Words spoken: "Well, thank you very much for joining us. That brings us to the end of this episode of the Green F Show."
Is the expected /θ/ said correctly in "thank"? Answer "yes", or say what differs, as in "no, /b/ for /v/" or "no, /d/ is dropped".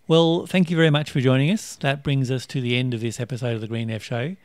yes